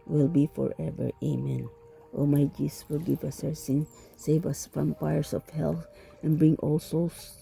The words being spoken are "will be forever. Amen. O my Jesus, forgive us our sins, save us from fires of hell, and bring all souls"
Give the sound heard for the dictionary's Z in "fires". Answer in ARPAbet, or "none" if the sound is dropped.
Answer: S